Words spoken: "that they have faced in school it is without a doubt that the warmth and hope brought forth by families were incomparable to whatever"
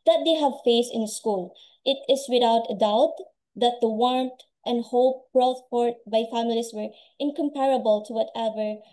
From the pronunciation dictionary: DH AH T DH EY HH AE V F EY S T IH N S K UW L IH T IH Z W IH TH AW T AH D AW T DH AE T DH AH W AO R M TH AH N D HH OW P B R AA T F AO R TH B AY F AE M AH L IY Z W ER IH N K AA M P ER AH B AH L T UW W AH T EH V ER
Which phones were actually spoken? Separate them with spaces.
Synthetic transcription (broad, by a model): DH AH T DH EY HH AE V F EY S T IH N S K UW L IH T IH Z W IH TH AW T AH D AW T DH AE T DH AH W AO R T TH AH N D HH OW P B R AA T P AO R T B AY F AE M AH L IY S W ER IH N K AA M P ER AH B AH L T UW W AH T EH V ER